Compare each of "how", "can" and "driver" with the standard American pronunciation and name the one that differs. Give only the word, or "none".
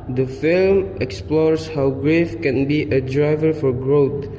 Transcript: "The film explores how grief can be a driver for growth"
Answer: none